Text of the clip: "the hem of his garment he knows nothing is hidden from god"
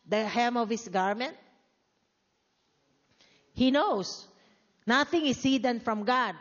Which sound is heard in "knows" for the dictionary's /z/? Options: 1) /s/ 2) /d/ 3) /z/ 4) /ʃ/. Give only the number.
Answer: 1